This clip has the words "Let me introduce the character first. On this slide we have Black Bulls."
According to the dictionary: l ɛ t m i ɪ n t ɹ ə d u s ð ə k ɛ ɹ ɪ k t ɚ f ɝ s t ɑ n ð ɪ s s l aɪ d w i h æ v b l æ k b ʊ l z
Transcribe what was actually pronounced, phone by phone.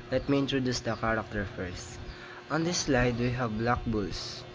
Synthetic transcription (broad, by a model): l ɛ t m i ɪ n t ɹ ə d u s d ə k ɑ ɹ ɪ k t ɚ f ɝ s t ɑ n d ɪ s s l aɪ d w i h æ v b l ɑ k b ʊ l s